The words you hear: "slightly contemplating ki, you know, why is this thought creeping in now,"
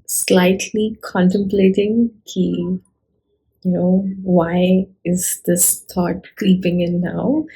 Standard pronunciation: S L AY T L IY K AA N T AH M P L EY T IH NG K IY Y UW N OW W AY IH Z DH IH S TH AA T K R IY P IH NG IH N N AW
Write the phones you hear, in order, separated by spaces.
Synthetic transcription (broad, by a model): S L AY T L IY K AA N T AH M P L EY T IH NG K IY Y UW N OW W AY IH Z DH IH S T AA T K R IY P IH NG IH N N AW